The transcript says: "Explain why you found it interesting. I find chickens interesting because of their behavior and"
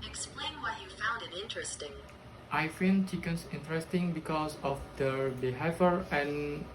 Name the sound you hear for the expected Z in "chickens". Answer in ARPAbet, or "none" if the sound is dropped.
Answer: S